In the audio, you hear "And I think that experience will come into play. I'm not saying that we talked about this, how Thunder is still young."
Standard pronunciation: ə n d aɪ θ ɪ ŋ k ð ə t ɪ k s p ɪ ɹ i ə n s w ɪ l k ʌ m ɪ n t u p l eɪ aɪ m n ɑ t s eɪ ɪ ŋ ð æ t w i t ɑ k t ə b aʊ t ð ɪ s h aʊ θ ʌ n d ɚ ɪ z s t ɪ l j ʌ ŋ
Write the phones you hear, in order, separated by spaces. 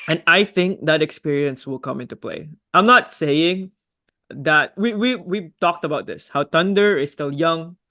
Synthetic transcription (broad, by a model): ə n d aɪ θ ɪ ŋ k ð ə t ɪ k s p ɪ ɹ i ə n s w ɪ l k ʌ m ɪ n t u p l eɪ aɪ m n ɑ t s eɪ ɪ ŋ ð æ t w i t ɑ k t ə b aʊ t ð ɪ s h aʊ t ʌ n d ɚ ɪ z s t ɪ l j ʌ ŋ